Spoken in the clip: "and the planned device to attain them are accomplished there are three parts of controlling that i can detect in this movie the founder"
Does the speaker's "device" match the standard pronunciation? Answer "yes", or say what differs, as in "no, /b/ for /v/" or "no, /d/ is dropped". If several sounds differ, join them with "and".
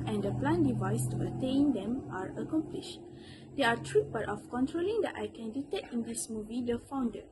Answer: yes